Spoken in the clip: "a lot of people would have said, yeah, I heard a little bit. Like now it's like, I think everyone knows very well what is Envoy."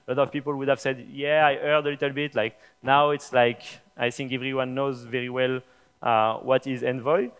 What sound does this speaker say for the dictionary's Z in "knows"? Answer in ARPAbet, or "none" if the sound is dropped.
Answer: Z